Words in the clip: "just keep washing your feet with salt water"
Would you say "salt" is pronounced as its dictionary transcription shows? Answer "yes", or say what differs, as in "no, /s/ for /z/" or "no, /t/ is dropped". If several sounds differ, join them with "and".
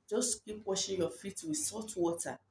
no, /l/ is dropped